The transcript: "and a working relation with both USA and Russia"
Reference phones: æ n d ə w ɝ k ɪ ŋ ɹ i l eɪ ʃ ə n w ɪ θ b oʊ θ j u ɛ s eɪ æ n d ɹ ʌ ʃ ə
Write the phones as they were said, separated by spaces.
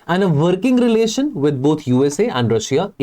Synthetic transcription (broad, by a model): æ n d ə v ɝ k ɪ ŋ ɹ i l eɪ ʃ ə n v ɪ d b oʊ t j u ɛ s eɪ æ n d ɹ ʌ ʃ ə